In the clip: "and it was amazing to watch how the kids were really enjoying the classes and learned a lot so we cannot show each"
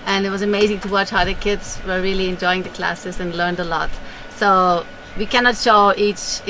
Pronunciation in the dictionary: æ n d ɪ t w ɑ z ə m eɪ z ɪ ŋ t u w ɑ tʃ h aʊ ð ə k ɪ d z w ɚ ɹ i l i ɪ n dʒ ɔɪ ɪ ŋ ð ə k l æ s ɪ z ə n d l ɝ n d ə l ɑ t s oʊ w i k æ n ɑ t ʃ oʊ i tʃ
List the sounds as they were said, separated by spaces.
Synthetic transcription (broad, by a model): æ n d ɪ t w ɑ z ə m eɪ z ɪ ŋ t u w ɑ tʃ h aʊ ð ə k ɪ d z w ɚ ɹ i l i ɪ n dʒ ɔɪ ɪ ŋ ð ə k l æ s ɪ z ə n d l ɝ n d ə l ɑ t s oʊ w i k æ n ɑ t ʃ oʊ i tʃ